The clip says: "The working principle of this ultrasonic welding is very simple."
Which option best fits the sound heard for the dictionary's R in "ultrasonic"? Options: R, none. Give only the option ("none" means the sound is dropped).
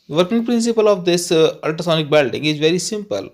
none